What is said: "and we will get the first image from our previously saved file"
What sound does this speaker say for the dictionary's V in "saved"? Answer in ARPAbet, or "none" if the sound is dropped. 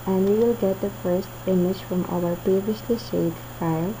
none